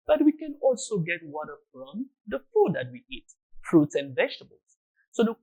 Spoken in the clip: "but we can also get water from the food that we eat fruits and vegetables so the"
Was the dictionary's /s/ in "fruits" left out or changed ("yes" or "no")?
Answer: no